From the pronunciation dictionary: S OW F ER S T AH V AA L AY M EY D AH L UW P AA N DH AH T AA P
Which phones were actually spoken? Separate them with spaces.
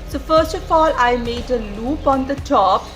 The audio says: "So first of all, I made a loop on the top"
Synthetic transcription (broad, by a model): S OW F ER S T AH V AA L AY M EY D AH L UW P AA N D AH T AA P